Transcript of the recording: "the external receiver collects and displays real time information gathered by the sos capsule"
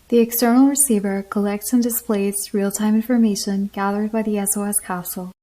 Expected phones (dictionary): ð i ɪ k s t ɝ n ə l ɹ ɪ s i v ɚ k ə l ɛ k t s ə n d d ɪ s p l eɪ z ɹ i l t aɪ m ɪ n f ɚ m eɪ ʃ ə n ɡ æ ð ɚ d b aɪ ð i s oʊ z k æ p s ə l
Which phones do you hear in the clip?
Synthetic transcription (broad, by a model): ð i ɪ k s t ɝ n l ɹ ɪ s i v ɚ k ə l ɛ k t s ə n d d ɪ s p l eɪ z ɹ i l t aɪ m ɪ n f ɚ m eɪ ʃ ə n ɡ æ ð ɚ d b aɪ ð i s oʊ s k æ s l